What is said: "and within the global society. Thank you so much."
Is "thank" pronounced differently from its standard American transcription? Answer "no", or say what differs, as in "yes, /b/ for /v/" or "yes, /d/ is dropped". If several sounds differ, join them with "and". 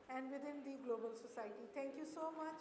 yes, /t/ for /θ/